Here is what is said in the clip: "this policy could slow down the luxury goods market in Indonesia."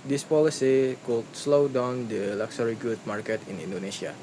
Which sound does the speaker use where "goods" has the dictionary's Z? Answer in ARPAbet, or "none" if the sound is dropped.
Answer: none